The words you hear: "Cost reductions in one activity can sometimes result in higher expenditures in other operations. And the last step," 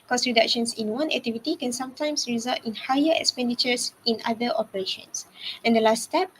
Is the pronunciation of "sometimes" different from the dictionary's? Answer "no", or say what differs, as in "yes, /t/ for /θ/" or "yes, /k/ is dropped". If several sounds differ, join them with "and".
yes, /s/ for /z/